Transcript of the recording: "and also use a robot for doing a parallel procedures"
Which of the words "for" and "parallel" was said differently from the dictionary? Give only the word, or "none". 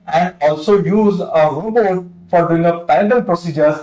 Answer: parallel